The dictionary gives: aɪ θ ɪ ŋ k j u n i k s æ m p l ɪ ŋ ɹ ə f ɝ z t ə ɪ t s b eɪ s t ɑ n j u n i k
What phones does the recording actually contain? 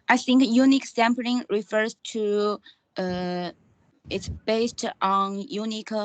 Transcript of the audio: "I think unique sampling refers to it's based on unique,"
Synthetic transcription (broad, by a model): aɪ θ ɪ ŋ k j u n i k s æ m p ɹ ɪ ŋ ɹ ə f ɝ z t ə ɪ t s b eɪ s t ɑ n j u n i k